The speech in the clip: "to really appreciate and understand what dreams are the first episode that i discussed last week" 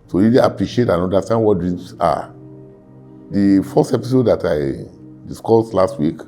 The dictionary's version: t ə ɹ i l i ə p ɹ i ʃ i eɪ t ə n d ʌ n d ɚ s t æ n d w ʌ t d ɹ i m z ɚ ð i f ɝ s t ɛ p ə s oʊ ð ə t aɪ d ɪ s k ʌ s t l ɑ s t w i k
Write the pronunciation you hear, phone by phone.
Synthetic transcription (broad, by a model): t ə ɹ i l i ə p ɹ i ʃ i eɪ t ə n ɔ n d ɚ s t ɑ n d w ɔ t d ɹ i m s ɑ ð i f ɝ s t ɛ p ə s oʊ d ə t aɪ d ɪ s k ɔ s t l ɑ s t w i k